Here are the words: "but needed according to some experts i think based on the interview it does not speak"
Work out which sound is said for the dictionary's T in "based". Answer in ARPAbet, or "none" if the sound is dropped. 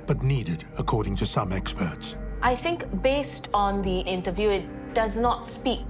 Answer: T